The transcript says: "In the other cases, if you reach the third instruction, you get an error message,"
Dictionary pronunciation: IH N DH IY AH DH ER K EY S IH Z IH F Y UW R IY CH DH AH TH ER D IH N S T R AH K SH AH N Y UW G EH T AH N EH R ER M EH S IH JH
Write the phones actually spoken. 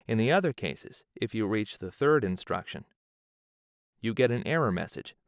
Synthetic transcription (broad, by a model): IH N DH IY AH DH ER K EY S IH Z IH F Y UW R IY CH DH AH TH ER D IH N S T R AH K SH AH N Y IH G EH T AH N EH R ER M EH S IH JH